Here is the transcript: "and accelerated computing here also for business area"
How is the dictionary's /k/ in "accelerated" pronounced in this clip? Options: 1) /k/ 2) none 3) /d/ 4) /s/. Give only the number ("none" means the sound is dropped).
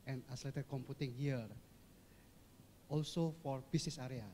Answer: 2